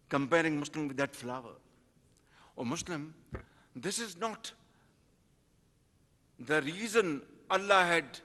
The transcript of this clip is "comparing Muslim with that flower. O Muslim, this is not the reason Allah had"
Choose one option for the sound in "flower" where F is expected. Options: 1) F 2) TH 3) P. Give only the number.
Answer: 1